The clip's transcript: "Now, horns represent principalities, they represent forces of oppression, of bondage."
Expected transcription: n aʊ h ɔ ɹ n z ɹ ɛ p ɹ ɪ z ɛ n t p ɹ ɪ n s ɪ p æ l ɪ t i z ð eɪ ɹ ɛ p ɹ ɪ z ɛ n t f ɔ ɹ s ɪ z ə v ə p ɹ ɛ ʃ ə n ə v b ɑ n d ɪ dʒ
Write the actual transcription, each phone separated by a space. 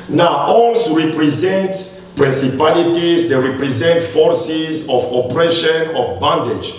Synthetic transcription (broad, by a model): n aʊ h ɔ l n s ɹ ɛ p ɹ ɪ z ɛ n t p ɹ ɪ n s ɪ p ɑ l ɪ t i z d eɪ ɹ ɛ p ɹ ɪ z ɛ n t f ɔ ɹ s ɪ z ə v ə p ɹ ɛ ʃ ə n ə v b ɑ n d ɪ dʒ